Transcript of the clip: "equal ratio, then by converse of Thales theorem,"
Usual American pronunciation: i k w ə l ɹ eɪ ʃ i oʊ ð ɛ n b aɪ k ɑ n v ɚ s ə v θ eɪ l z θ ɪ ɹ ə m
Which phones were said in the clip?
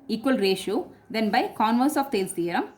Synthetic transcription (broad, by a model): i k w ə l ɹ eɪ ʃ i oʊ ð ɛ n b aɪ k ɑ n v ɚ s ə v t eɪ l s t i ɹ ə m